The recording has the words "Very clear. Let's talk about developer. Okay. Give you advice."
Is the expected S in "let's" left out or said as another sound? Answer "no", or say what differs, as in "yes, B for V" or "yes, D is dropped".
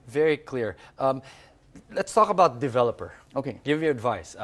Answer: no